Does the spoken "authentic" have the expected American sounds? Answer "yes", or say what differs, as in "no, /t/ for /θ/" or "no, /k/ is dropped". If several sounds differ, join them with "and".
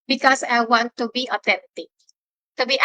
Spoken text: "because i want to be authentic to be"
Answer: no, /t/ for /θ/